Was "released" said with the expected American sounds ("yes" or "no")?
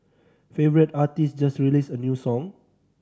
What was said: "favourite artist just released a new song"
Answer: no